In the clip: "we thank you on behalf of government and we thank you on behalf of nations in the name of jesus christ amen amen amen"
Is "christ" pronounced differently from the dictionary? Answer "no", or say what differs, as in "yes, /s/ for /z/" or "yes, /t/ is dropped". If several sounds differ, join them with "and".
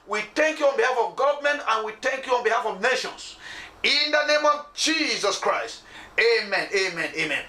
no